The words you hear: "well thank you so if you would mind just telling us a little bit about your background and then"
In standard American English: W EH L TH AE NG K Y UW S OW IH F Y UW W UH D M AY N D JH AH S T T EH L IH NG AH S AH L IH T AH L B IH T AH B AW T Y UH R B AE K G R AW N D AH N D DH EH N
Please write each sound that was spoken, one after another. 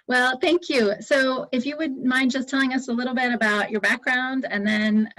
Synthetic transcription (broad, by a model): W EH L TH AE NG K Y UW S OW IH F Y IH W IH D M AY N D JH AH S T T EH L IH NG AH S AH L IH T L B IH T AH B AW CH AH R B AE K G R AW N D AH N DH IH N